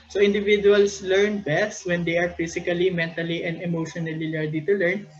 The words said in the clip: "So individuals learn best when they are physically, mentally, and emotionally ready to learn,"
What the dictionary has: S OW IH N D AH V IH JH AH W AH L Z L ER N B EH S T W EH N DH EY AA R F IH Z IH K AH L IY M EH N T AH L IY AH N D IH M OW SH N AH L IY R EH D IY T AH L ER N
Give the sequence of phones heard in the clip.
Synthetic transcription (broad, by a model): S OW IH N D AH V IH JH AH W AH L S L ER N B EH S T W EH N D EY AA R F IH S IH K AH L IY M EH N T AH L IY AH N D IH M OW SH N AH L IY L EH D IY T AH L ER N